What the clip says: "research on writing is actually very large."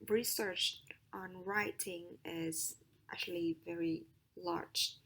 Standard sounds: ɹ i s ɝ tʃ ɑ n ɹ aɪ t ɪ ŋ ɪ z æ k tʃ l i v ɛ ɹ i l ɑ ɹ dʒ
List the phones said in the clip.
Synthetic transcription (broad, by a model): ɹ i s ɝ tʃ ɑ n ɹ aɪ t ɪ ŋ ɪ z æ k tʃ l i v ɛ ɹ i l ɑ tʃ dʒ